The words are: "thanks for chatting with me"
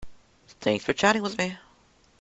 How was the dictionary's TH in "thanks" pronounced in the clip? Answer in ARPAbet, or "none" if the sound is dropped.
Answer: TH